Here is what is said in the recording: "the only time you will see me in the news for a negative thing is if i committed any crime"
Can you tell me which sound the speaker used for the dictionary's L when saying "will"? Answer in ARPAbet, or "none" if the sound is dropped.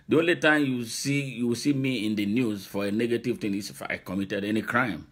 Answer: W